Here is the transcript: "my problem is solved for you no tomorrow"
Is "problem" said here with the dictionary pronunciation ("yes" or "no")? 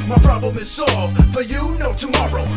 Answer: yes